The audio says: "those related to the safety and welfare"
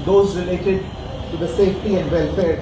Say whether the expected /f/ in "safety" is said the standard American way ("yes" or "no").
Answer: yes